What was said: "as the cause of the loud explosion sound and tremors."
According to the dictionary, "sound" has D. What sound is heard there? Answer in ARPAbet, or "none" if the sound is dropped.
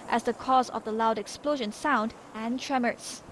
D